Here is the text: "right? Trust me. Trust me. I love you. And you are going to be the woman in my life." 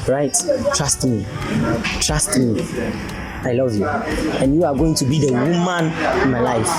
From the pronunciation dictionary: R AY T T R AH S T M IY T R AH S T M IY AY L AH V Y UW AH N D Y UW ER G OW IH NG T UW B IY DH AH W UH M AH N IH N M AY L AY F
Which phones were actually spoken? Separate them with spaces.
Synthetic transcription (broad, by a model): R AY T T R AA S T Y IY T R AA S T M AY L AH V Y UW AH N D Y UW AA G OW IH NG T UW B IY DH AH W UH M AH N IH N M AY L AY F